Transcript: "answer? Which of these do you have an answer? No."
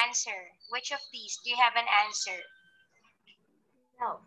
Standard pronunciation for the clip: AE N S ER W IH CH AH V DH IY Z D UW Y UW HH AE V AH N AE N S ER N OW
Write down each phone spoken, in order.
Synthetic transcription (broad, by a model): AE N S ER W IH CH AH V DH IY S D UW Y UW HH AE V AH N AE N S ER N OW